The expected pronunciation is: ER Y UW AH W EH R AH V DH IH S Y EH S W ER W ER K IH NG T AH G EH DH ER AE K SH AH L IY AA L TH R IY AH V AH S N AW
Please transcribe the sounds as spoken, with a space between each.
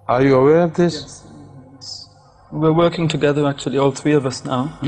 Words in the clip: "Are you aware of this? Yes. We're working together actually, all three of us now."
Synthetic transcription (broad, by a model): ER Y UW AH W EH R AH V DH IH S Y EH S W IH W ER K IH NG T AH G EH DH ER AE K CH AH L IY AA L TH R IY AH V AH S N AW